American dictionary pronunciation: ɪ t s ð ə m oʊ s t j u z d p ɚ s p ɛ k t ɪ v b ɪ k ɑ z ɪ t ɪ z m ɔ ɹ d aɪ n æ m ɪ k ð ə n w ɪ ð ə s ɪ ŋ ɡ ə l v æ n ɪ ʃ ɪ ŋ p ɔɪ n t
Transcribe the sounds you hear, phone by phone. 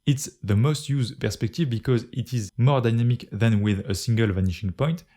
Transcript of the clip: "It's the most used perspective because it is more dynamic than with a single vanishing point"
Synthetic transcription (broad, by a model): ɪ t s ð ə m oʊ s t j u z d p ɚ s p ɛ k t ɪ v b ɪ k ɑ z ɪ t ɪ z m ɔ ɹ d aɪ n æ m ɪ k ð ə n w ɪ ð ə s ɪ ŋ ɡ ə l v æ n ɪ ʃ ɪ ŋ p ɔɪ n t